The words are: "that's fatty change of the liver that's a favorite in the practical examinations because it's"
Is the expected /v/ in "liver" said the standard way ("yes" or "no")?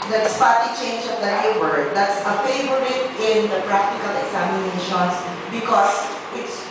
no